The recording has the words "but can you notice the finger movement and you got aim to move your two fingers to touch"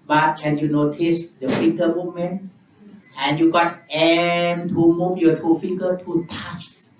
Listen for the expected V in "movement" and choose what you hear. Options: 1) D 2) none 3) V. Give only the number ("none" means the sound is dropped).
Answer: 2